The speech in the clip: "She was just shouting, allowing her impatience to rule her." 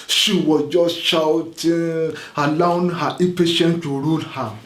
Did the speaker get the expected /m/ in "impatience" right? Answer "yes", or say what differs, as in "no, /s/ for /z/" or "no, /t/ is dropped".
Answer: no, /m/ is dropped